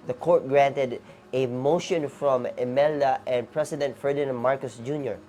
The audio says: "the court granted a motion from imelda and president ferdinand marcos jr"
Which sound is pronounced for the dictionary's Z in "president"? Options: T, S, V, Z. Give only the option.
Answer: S